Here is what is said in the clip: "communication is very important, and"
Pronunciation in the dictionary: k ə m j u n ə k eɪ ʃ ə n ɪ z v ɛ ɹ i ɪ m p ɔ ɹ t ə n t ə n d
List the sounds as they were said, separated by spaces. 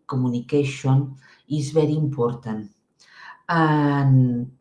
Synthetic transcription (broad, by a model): k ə m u n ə k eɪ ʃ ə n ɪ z b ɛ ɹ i m p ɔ ɹ t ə n ə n